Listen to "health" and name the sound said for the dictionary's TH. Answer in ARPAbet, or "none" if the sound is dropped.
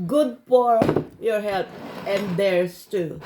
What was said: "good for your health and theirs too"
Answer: T